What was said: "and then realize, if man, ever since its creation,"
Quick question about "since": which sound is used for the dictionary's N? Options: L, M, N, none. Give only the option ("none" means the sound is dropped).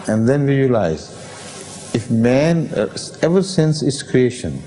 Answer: N